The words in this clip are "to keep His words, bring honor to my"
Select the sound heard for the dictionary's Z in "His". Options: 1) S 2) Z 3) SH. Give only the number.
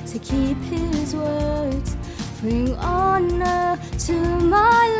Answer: 2